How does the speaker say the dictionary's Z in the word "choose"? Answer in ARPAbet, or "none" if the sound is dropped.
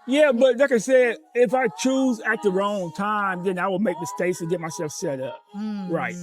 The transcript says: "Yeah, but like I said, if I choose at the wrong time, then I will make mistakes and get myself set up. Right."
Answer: Z